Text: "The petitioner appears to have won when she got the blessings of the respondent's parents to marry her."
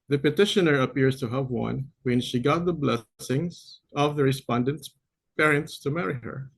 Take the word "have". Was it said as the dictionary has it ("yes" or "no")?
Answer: yes